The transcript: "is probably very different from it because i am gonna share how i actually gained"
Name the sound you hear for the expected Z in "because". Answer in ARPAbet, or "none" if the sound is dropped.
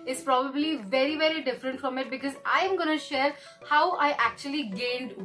Z